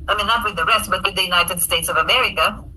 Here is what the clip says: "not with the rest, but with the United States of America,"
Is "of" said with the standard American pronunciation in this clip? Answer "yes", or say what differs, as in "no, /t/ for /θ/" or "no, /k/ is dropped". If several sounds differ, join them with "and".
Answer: yes